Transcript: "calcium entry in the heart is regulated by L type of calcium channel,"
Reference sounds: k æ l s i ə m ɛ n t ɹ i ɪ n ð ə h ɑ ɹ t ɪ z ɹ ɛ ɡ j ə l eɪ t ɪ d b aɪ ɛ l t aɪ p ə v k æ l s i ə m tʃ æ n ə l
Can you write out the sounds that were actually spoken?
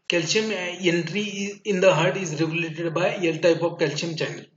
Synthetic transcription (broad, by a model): k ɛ l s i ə m ɛ n t ɹ i ɪ n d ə h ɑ ɹ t ɪ z ɹ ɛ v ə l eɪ t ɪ d b aɪ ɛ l t aɪ p ə v k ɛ l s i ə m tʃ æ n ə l